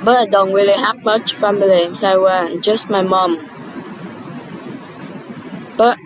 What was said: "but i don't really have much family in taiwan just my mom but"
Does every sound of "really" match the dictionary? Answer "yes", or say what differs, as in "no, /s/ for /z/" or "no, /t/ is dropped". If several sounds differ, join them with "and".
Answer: no, /w/ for /ɹ/